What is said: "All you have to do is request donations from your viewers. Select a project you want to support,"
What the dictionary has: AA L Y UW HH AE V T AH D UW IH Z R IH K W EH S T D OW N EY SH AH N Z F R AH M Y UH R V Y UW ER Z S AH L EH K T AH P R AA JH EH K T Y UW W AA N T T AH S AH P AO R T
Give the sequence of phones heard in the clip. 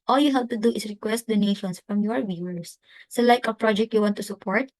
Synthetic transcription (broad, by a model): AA L Y UW HH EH P T AH D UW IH S R IH K W EH S T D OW N EY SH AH N S F R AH M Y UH R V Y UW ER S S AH L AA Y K AH P R AA JH EH K T Y UW W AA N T T AH S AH P AO R T